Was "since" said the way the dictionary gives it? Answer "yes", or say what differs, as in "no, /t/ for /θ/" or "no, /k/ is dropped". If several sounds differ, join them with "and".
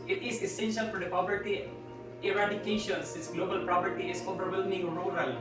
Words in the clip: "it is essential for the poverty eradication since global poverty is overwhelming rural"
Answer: no, /n/ is dropped